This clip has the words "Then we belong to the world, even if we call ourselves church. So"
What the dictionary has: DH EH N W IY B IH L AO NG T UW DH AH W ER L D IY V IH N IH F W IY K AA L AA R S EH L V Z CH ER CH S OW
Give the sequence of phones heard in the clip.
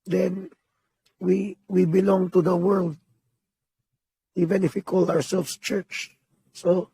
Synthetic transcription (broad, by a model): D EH N W IY B IH L AO NG T UW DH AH W ER L D IY V IH N IH F W IY K AA L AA R S EH L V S CH ER CH S OW